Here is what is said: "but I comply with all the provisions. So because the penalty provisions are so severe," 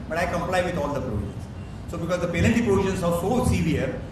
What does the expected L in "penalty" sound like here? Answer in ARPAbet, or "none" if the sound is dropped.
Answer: N